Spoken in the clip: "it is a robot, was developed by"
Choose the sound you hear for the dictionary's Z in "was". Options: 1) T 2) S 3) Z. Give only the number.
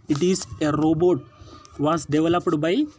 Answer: 2